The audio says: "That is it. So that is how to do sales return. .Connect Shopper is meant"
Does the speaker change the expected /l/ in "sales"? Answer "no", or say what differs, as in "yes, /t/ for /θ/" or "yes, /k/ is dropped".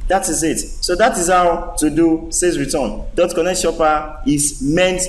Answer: yes, /l/ is dropped